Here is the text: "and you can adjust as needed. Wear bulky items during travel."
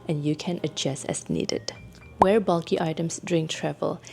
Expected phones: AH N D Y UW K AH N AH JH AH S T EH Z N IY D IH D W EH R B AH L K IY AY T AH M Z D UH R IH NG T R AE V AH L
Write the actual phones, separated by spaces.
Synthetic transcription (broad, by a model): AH N Y UW K AH N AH JH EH S EH S N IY D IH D W EH R B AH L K IY AY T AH M S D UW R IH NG T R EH V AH L